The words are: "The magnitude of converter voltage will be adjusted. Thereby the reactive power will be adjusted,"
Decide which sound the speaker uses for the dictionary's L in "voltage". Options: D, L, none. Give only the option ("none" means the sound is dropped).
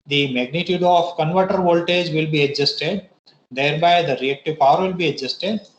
L